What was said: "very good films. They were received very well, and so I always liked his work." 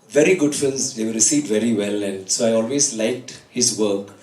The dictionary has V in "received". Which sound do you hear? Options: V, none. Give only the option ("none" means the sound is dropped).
none